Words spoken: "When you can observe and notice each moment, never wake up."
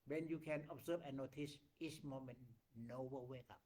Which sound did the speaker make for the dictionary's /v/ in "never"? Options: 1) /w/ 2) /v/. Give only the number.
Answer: 1